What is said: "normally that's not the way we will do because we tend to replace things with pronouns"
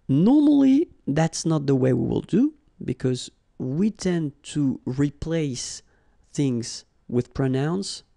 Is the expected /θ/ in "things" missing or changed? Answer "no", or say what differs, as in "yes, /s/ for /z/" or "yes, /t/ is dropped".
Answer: no